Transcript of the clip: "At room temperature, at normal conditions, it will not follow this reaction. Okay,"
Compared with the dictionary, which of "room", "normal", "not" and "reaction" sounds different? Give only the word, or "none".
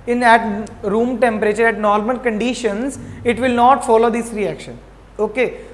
normal